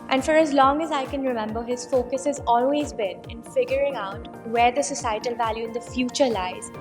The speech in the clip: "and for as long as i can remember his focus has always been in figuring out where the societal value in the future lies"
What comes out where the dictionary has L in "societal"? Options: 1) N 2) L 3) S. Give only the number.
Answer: 2